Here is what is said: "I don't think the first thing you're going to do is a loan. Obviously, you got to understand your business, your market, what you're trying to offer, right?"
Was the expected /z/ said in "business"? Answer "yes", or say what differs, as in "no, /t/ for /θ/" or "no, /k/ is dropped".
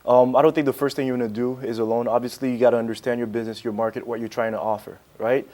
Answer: yes